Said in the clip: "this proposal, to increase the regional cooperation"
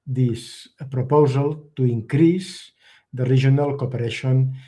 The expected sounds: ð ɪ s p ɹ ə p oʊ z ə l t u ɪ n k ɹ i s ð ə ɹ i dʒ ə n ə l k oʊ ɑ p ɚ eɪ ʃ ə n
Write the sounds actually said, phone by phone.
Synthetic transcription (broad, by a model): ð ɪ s p ɹ ə p oʊ z ə l t u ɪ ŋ k ɹ i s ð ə ɹ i ʒ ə n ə l k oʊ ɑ p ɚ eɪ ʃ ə n